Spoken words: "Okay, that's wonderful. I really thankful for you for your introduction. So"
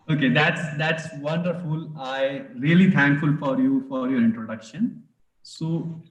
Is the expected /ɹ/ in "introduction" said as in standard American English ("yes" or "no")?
yes